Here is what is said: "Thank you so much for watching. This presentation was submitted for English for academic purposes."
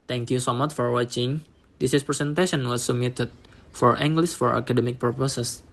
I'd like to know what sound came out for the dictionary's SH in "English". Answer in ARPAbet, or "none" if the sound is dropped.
S